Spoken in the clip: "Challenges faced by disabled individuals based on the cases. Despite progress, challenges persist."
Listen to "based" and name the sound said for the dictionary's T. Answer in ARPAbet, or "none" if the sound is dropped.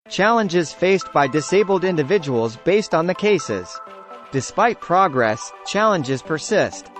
T